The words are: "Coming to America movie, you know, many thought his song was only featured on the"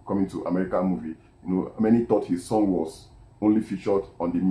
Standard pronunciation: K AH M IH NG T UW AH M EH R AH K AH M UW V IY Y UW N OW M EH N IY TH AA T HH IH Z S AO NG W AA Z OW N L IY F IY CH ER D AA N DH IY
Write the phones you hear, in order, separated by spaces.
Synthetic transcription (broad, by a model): K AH M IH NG T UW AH M EH R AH K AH M UW V IY Y UW N OW M EH N IY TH AA T HH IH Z S AO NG W AA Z OW N L IY F IY CH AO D AA N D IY